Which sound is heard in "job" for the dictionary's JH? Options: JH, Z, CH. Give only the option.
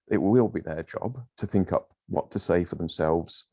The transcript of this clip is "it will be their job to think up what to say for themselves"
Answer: JH